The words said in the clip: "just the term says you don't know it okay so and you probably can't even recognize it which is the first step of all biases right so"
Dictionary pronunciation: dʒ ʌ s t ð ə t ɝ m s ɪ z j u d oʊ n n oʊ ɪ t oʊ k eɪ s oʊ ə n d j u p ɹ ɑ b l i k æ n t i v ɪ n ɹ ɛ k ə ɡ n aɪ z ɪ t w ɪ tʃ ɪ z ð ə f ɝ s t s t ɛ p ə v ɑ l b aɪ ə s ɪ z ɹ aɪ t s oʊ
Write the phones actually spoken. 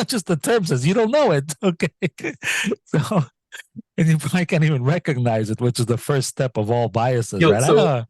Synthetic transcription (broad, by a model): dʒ ʌ s t ð ə t ɝ m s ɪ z j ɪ d oʊ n n oʊ ɪ t oʊ k eɪ s oʊ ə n j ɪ p ɹ ɑ b l i k æ n t i v ɪ n ɹ ɛ k ə ɡ n aɪ z ɪ t w ɪ tʃ ɪ z ð ə f ɝ s t s t ɛ p ə v ɑ l b aɪ ə s ɪ z ɹ aɪ t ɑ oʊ